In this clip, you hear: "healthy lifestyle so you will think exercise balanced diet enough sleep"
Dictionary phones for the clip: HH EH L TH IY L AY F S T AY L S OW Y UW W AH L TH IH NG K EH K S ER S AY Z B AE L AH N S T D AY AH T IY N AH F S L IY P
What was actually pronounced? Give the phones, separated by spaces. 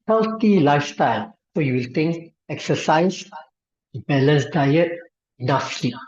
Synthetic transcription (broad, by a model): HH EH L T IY L AY F S T AY L S OW Y UW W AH L T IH NG K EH K S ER S AY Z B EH L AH N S D AY AH T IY N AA F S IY